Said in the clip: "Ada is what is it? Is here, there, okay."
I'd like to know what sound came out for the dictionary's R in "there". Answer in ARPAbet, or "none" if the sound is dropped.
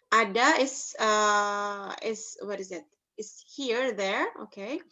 R